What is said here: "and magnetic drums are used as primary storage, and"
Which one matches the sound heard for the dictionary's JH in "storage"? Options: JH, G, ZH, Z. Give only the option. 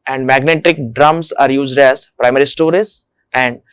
Z